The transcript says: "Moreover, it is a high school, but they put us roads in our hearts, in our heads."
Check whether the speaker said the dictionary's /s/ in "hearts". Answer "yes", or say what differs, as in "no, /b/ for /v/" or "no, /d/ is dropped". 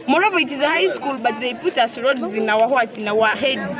no, /s/ is dropped